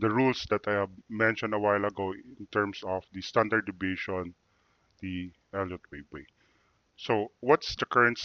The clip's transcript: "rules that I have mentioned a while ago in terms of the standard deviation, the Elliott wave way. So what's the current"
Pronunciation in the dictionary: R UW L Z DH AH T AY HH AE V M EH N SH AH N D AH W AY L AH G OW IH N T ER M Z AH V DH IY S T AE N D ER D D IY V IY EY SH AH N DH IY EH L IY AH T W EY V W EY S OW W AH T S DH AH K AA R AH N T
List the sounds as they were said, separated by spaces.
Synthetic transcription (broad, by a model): R UW L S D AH T AY HH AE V M EH N SH AH N D AH W AY L AH G OW IH N T ER M S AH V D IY S T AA N D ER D D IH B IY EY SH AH N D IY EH L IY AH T W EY B W EY S OW W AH T S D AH K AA R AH N T